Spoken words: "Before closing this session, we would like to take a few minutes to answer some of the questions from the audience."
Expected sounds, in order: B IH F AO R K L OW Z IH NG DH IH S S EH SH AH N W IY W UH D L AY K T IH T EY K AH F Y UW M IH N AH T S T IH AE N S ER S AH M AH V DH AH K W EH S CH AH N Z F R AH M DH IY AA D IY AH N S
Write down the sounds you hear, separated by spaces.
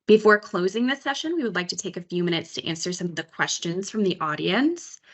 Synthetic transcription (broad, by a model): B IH F AO R K L OW Z IH NG DH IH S S EH SH AH N W IY W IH D L AY K T IH T EY K AH F Y UW M IH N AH T S T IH AE N S ER S AH M DH AH K W EH S CH AH N Z F R AH M DH IY AA D IY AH N S